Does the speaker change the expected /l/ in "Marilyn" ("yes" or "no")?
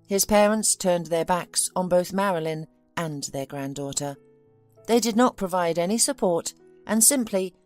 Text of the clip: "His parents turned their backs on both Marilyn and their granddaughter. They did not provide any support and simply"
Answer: no